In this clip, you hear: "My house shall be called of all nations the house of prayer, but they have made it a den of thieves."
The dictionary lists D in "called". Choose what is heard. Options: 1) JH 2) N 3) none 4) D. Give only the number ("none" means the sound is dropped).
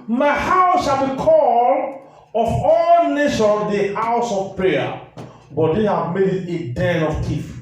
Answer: 3